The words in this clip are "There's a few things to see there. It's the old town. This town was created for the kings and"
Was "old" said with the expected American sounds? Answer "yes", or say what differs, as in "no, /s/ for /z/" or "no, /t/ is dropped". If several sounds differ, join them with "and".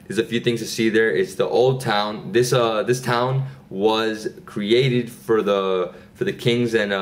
yes